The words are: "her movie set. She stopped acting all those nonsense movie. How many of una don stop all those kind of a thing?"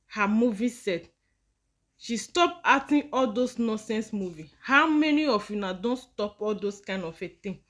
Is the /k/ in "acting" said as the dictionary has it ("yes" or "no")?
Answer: no